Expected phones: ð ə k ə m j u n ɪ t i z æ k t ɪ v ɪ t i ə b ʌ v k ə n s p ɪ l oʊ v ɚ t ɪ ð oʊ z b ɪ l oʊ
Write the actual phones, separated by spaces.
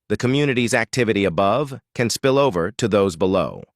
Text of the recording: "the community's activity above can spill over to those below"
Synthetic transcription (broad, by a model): ð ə k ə m j u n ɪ t i z æ k t ɪ v ɪ t i ə b ʌ v k ə n s p ɪ l oʊ v ɚ t ɪ ð oʊ z b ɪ l oʊ